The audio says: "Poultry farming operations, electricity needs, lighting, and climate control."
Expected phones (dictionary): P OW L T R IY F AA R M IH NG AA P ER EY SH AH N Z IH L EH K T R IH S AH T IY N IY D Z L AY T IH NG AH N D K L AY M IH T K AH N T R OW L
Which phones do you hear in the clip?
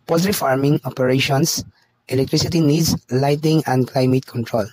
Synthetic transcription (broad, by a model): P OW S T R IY F AA R M IH NG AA P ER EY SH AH N S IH L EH K T R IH S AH T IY N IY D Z L AY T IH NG AH N D K L AY M IH T K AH N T R OW L